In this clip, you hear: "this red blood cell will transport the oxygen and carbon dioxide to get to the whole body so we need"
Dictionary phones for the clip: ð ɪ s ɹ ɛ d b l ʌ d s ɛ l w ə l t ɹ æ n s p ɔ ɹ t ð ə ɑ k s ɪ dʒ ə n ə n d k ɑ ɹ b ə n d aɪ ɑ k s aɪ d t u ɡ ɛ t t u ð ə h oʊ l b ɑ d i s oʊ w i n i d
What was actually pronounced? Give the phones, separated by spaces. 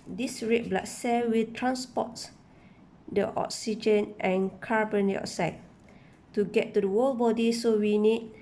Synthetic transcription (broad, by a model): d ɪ s ɹ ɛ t b l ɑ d s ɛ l w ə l t ɹ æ n s p ɔ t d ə ɑ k s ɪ dʒ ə n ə n k ɑ ɹ b ə n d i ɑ s aɪ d t u ɡ ɛ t t u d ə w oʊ l b ɑ d i s oʊ w i n i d